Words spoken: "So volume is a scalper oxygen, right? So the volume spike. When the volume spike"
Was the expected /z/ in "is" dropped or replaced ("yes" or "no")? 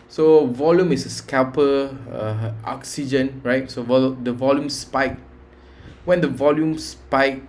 yes